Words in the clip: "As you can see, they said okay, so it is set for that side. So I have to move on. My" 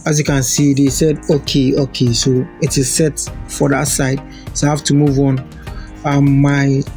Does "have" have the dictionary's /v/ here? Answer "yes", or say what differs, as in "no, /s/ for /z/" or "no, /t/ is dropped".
no, /f/ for /v/